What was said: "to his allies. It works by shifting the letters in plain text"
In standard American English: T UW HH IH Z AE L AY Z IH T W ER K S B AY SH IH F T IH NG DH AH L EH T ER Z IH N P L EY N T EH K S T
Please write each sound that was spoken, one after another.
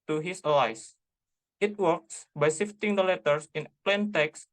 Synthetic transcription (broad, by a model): T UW HH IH S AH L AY S IH T W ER K S B AY S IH F T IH NG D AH L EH T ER S IH N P L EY N T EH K S